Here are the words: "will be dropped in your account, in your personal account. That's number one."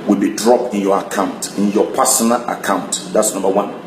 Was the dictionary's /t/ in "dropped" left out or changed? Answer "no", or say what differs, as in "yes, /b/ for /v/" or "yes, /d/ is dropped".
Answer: no